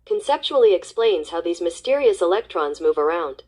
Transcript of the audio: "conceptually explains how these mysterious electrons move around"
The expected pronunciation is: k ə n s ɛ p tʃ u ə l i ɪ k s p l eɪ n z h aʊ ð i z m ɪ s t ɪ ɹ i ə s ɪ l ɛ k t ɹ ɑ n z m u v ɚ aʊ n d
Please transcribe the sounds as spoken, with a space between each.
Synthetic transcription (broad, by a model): k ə n s ɛ p tʃ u l i ɪ k s p l eɪ n z h aʊ ð i z m ɪ s t ɪ ɹ i ə s ɪ l ɛ k t ɹ ɑ n z m u v ɚ aʊ n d